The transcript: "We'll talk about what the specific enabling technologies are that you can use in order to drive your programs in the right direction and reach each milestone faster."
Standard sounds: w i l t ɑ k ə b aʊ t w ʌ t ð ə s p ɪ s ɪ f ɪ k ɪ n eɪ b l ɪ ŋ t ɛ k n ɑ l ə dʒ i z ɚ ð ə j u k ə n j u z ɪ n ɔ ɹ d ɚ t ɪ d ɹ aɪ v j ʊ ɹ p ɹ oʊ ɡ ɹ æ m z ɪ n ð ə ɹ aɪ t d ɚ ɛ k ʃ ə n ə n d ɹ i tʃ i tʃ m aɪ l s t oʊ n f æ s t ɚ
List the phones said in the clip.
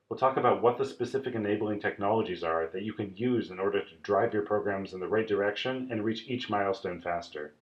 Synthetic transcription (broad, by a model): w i l t ɑ k ə b aʊ t w ʌ t ð ə s p ɪ s ɪ f ɪ k ɪ n eɪ b l ɪ ŋ t ɛ k n ɑ l ə dʒ i z ɚ ð ə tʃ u k ə n j u z ɪ n ɔ ɹ d ɚ t ɪ d ɹ aɪ v j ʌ ɹ p ɹ oʊ ɡ ɹ æ m z ɪ n ð ə ɹ aɪ t d ɚ ɛ k ʃ ə n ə n ɹ i tʃ i tʃ m aɪ l s t oʊ n f æ s t ɚ